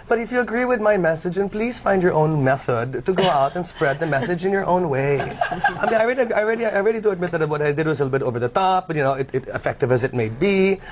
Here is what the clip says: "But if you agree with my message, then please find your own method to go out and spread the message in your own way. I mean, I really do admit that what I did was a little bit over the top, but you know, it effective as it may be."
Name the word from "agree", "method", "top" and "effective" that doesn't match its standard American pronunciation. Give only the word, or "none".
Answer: none